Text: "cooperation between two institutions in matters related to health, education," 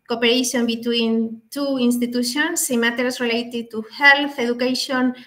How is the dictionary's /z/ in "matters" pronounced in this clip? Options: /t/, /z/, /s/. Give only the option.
/s/